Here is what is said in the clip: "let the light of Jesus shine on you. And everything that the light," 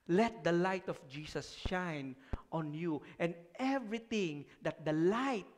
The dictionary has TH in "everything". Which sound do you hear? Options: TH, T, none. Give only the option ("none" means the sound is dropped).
T